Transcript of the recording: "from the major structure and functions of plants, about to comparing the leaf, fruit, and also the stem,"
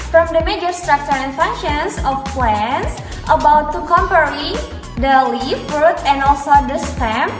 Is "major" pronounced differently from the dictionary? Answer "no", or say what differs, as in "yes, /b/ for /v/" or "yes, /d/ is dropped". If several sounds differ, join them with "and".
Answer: no